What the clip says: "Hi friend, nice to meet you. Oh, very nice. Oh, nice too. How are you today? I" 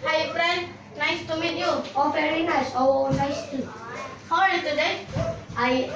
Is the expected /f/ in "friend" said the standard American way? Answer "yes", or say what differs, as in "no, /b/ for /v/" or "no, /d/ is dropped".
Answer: no, /p/ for /f/